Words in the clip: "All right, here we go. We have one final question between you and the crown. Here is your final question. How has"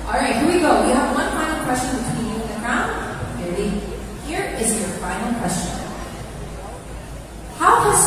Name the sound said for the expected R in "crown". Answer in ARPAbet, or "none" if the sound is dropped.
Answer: none